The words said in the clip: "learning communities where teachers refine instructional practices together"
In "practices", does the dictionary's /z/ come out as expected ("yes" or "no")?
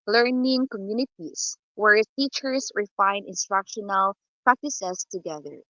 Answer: no